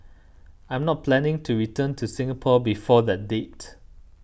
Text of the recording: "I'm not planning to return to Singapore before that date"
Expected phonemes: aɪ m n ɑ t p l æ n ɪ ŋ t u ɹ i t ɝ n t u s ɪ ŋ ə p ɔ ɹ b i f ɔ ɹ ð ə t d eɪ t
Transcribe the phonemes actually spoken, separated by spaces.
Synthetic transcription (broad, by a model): aɪ m n ɑ t p l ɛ n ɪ ŋ t u ɹ i t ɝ n t u s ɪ ŋ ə p ɔ b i f ɔ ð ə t d eɪ t